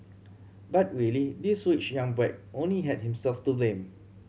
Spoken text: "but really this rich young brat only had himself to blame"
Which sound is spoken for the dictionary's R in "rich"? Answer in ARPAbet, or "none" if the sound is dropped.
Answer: W